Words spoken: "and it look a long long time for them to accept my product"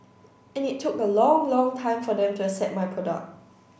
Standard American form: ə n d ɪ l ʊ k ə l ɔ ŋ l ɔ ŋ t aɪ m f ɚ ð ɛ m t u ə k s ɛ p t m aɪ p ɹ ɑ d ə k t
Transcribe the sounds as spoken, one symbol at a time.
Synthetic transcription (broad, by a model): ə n ɪ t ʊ k ə l ɔ ŋ l ɔ ŋ t aɪ m f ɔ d ɛ m t u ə s ɛ t m aɪ p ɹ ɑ d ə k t